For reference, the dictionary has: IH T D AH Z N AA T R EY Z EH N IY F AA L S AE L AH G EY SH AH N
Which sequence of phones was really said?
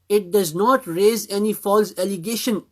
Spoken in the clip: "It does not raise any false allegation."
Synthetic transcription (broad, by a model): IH T D AH Z N AA T R EY Z EH N IY F AA L S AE L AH G EY SH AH N